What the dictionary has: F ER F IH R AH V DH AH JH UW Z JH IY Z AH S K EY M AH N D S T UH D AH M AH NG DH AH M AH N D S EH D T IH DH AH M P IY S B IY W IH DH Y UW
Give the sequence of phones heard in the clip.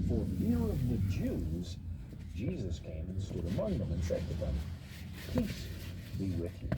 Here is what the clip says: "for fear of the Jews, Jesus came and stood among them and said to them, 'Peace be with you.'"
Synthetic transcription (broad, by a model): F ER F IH R AH V DH AH JH UW Z JH IY Z AH S K EY M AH N S T UH D AH M AH NG DH AH M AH N S EH D T IH DH AH M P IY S B IY W IH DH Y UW